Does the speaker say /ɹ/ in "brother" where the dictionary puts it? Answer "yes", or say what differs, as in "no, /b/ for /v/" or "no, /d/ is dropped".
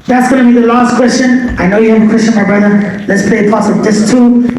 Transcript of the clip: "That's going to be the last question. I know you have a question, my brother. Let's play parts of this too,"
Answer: yes